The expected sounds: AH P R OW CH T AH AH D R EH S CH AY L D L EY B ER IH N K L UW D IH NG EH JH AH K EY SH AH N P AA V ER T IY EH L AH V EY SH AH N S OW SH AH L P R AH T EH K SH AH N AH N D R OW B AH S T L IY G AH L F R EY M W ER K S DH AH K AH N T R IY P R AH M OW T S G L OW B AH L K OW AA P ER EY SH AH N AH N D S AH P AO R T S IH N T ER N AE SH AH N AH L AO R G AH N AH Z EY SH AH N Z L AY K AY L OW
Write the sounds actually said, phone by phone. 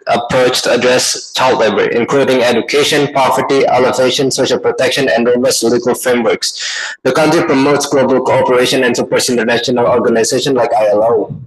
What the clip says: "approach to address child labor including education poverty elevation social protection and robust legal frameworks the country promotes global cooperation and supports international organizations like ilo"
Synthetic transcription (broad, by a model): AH P R OW CH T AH AH D R EH S CH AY L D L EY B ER IH N K L UW D IH NG EH JH AH K EY SH AH N P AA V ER T IY EH L AH V EY SH AH N S OW SH AH L P R AH T EH K SH AH N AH N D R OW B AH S L IY G AH L F R EY M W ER K S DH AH K AH N T R IY P R AH M OW T S G L OW B AH L K OW AA P ER EY SH AH N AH N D S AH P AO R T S IH N T ER N AE SH AH N AH L AO R G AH N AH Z EY SH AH N L AY K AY L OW